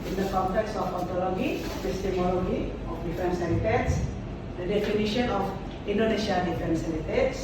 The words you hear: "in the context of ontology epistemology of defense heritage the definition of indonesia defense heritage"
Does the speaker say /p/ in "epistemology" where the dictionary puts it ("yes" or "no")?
no